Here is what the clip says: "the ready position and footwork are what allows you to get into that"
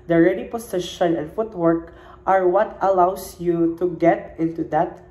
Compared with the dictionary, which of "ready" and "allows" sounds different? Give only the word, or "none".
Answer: allows